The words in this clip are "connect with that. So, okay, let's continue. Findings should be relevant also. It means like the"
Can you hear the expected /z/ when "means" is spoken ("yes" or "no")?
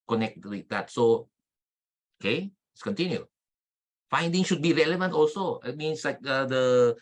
no